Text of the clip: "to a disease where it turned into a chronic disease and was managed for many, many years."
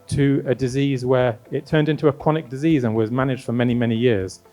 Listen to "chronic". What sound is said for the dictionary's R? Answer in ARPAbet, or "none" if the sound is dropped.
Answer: none